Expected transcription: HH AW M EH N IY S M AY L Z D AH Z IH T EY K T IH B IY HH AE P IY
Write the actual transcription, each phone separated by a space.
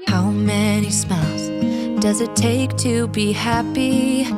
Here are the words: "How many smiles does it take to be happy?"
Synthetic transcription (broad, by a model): HH AW M EH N IY S M AY L Z D AH Z IH T EY K T IH B IY HH AE P IY